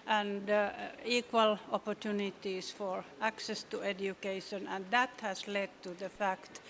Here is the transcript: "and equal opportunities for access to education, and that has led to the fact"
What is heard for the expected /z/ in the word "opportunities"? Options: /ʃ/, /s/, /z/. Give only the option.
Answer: /s/